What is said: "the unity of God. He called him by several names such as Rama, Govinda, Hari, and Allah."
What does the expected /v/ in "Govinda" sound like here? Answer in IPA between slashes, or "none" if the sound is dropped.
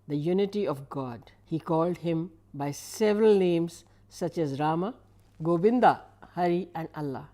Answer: /b/